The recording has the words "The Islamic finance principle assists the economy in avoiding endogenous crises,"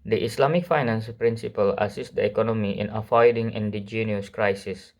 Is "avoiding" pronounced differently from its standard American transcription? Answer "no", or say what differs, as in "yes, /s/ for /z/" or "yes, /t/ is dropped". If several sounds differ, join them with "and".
yes, /f/ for /v/